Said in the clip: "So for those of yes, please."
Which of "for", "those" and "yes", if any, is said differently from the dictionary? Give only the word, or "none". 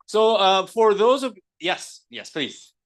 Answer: none